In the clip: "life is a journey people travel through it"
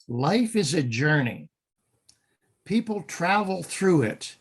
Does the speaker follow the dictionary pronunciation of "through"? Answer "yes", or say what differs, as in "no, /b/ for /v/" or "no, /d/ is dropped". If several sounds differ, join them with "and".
yes